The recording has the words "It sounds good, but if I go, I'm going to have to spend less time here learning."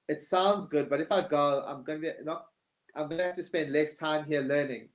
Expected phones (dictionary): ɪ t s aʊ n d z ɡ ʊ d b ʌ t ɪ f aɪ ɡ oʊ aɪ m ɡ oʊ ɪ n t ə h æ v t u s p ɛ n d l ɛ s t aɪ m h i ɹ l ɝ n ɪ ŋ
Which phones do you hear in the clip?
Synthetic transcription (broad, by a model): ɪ t s aʊ n d z ɡ ʊ d b ʌ t ɪ f aɪ ɡ oʊ aɪ m ɡ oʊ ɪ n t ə h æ f t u s p ɛ n d l ɛ s t aɪ m h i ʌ l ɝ n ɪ ŋ